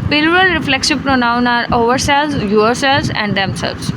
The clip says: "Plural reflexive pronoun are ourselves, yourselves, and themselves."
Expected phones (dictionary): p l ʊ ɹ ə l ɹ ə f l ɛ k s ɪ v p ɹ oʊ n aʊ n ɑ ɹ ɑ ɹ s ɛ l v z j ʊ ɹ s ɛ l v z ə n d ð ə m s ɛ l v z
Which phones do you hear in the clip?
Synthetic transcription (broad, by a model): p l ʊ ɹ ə l ɹ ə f l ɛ k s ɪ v p ɹ oʊ n aʊ n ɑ ɹ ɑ ɹ s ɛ l z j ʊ ɹ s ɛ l z ə n d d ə m s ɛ l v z